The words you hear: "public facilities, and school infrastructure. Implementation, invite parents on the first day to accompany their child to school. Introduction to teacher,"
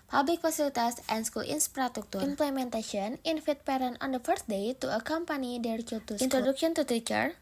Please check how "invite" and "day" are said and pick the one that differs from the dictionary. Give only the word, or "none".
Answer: invite